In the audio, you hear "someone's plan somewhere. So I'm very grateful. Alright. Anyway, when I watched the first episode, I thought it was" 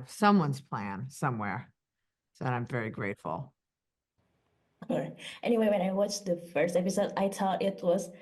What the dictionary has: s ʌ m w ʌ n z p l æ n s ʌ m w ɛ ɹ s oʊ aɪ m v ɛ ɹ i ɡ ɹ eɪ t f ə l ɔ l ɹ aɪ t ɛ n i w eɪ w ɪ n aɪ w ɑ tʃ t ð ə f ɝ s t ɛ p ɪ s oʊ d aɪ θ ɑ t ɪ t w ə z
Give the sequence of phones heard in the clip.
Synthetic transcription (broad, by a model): s ʌ m w ʌ n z p l æ n s ʌ m w ɛ ɹ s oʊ aɪ m v ɛ ɹ i ɡ ɹ eɪ t f l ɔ ɹ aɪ t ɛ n i w eɪ w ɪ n aɪ w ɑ tʃ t ð ə f ɝ s t ɛ p ɪ s oʊ d aɪ t ɑ t ɪ t w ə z